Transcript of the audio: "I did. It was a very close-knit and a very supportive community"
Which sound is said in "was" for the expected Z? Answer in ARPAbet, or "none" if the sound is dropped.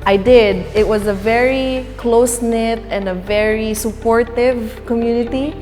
Z